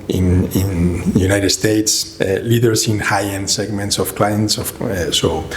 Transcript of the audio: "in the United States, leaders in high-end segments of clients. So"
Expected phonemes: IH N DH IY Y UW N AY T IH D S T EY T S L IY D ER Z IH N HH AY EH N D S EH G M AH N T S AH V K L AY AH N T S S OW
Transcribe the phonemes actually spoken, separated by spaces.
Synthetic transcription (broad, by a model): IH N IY Y UW N AY T IH D S T EY T S L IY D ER S IH N HH AY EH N S EH G M AH N T S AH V K L AY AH N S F S OW